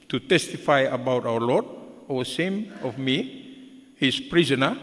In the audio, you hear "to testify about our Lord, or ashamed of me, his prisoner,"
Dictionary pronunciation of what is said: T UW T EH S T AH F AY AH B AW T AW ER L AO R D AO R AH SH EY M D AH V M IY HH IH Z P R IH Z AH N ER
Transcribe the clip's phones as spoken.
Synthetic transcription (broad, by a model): T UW T EH S T AH F AY AH B AW T AW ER L AO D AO W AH S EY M AH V M IY HH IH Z P R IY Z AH N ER